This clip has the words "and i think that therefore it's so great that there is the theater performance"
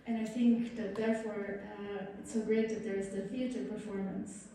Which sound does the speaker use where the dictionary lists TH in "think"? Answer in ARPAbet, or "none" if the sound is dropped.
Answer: TH